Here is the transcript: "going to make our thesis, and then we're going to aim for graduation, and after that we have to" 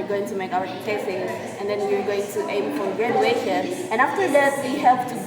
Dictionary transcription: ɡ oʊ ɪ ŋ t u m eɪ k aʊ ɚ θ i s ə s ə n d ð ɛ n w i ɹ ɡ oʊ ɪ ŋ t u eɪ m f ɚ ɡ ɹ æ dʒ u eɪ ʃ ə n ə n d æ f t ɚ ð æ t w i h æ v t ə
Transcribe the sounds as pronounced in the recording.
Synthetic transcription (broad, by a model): ɡ oʊ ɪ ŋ t u m eɪ k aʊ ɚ t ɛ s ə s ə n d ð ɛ n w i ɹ ɡ oʊ ɪ ŋ t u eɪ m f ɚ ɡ ɹ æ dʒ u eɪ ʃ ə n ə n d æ f t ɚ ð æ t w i h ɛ p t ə